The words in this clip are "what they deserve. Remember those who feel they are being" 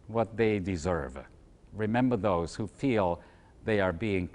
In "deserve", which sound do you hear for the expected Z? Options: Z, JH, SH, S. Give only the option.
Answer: Z